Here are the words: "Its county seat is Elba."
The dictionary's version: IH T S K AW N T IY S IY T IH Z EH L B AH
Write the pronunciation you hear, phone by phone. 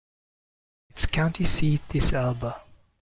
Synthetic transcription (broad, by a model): IH T S K AW N T IY S IY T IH S EH L B AH